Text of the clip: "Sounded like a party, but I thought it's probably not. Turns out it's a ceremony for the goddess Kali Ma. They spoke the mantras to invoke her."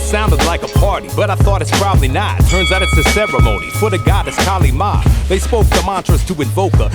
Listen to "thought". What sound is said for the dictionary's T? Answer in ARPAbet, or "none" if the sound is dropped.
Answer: T